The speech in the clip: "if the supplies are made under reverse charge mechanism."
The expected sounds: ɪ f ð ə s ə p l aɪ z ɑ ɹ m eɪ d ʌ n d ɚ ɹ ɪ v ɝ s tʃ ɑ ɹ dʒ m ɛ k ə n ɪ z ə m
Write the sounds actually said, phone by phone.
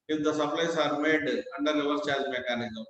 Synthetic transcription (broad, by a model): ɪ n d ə s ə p l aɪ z ɑ ɹ m eɪ d ʌ n d ɚ l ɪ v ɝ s tʃ ɑ ɹ dʒ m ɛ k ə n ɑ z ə